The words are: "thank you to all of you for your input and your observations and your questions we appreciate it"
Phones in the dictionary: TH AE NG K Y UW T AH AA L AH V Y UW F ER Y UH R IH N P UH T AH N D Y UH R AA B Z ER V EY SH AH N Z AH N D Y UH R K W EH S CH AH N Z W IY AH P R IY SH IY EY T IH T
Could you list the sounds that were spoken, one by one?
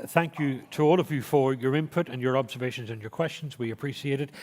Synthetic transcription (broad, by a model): TH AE NG K Y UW T AH AA L AH V Y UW F ER Y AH R IH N P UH T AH N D Y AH R AA B Z ER V EY SH AH N Z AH N Y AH R K W EH S CH AH N Z W IY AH P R IY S IY EY T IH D